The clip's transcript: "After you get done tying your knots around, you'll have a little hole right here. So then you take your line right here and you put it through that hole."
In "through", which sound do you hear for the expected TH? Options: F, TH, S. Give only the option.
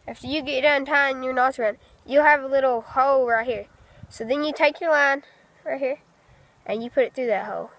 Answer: TH